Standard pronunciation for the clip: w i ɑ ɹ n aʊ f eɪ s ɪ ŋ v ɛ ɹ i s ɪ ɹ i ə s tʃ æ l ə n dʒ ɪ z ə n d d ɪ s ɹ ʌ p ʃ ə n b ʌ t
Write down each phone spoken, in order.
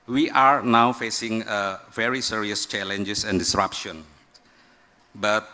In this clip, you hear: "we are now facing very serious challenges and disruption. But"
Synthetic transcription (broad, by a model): w i ɑ ɹ n aʊ f eɪ s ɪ ŋ v ɛ ɹ i s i ɹ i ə s tʃ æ l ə n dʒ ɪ s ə n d d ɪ s ɹ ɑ p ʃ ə n b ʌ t